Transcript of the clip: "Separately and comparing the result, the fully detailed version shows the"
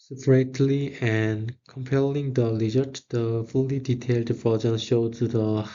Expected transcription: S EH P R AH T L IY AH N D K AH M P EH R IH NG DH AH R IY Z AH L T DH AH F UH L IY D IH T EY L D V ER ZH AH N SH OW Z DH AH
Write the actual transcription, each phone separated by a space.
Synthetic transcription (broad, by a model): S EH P R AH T L IY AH N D K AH M P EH L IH NG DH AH L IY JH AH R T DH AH F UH L IY D IH T EY L D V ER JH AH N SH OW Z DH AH